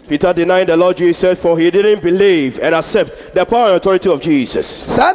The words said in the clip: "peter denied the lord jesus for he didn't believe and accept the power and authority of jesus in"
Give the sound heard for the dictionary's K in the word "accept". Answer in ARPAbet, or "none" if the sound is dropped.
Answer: K